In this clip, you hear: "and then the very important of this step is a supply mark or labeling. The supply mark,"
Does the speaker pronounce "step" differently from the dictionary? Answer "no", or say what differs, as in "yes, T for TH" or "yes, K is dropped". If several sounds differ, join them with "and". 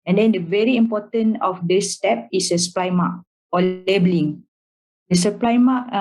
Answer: no